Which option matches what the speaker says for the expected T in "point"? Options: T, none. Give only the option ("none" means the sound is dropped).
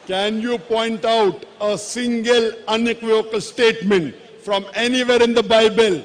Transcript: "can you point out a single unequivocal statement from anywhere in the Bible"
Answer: T